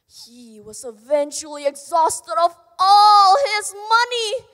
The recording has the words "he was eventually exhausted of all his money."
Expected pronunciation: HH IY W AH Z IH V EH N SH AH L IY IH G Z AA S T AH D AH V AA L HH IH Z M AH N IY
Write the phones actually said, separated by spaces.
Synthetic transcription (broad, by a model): HH IY W AH Z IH V EH N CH L IY IH G Z AA S T AH D AH V AA L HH IH Z M AH N IY